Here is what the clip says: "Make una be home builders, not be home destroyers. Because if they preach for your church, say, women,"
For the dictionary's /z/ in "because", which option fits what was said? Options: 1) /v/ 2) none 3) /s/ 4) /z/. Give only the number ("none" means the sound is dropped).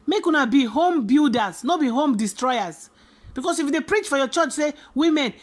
3